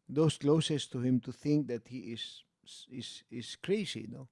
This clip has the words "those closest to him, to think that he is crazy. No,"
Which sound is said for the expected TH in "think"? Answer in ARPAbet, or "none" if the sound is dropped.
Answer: TH